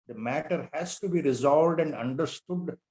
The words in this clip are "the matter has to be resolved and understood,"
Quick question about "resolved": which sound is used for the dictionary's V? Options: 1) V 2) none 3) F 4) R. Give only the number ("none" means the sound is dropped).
1